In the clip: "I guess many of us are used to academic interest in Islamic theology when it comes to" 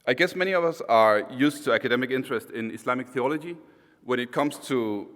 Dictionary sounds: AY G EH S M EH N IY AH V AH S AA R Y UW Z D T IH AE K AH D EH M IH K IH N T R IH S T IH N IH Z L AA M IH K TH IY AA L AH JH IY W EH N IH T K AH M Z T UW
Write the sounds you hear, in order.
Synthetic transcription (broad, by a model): AY G EH S M EH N IY AH V AH S AA R Y UW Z T IH AE K AH D EH M IH K IH N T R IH S T IH N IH S L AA M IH K TH IY AA L AH JH IY W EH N IH T K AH M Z T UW